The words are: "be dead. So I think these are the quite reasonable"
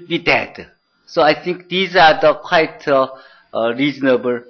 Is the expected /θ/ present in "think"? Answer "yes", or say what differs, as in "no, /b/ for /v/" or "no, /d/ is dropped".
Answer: no, /t/ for /θ/